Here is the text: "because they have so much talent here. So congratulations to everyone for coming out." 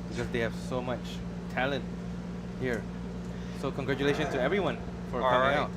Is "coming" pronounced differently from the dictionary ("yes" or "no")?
yes